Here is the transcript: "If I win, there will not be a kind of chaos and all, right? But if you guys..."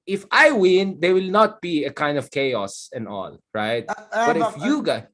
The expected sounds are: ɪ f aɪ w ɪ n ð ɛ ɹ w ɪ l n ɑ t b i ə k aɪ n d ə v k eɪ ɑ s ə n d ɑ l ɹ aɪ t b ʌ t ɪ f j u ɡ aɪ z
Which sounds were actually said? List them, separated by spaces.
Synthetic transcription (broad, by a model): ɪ f aɪ w ɪ n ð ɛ w ɪ l n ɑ t b i ə k aɪ n d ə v k eɪ ɑ s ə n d ɑ l ɹ aɪ t b ʌ t ɪ f j u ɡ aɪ